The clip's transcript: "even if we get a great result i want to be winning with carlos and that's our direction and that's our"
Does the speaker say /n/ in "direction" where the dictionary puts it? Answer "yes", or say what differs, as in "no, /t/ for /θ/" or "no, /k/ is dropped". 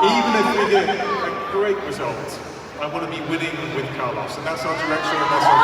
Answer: no, /n/ is dropped